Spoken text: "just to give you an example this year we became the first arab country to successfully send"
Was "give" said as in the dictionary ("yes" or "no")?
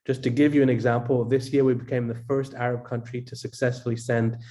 yes